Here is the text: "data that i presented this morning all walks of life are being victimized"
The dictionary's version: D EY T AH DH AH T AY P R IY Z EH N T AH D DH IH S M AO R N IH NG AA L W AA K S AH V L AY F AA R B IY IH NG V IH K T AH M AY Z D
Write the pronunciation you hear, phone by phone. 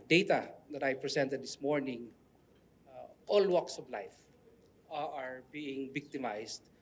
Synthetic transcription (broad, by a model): D EY T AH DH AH T AY P R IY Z EH N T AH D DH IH S M AO R N IH NG AA L W AA K S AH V L AY F AA R B IY IH NG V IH K T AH M AY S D